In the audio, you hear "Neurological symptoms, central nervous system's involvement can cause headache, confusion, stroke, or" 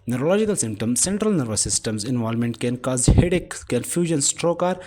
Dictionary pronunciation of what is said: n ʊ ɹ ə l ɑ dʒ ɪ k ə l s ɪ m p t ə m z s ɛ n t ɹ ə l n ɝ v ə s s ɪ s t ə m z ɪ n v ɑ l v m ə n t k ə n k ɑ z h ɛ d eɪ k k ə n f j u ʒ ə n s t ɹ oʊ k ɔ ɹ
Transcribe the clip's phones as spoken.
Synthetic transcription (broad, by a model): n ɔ ɹ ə l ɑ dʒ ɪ k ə l s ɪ m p t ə m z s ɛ n t ɹ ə l n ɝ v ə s s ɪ s t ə m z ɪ n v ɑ l m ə n t k ə n k ɑ z h ɛ d eɪ k k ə n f j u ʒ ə n s t ɹ oʊ k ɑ ɹ